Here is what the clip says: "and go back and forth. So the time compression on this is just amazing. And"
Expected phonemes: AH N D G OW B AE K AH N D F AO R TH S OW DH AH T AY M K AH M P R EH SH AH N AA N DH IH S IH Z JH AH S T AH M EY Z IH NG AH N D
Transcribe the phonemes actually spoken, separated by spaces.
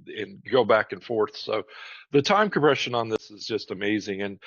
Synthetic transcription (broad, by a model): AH N G OW B AE K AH N F AO R TH S OW DH AH T AY M K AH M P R EH SH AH N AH N DH IH S IH Z JH AH S T AH M EY Z IH NG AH N